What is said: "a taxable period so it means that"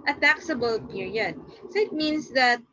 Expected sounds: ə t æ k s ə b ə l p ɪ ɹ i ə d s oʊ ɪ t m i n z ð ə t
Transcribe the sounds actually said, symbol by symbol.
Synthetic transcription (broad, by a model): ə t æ k s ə b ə l p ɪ ɹ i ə d s oʊ ɪ t m i n s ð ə t